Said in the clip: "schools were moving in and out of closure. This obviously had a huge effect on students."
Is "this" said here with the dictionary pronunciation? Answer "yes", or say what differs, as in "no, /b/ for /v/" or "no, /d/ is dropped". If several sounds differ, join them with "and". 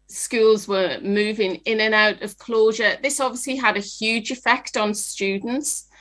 yes